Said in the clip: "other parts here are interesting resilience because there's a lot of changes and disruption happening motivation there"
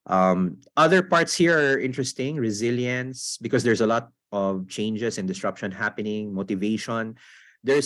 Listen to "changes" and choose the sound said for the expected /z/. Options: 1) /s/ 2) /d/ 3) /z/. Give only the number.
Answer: 1